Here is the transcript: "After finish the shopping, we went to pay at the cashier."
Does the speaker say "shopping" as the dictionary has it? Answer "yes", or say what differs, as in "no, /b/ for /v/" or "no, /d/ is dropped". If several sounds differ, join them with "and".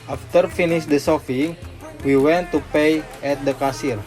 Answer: no, /s/ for /ʃ/ and /f/ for /p/